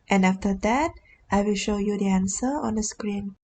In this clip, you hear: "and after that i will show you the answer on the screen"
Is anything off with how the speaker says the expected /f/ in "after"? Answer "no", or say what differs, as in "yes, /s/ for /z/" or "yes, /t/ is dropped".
no